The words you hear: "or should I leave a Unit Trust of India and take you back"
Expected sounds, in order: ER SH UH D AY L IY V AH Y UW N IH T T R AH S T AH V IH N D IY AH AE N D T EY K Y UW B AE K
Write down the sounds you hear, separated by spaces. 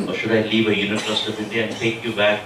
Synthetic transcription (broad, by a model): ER SH UH D AY L IY V AH Y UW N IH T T AH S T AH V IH D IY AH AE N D T EY K Y UW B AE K